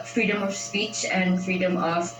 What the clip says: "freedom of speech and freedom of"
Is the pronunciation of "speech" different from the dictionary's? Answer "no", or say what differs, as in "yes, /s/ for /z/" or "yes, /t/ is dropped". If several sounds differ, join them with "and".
no